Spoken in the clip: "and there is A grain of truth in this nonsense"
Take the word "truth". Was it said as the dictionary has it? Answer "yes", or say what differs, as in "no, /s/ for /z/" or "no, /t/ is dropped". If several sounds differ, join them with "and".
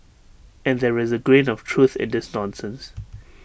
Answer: yes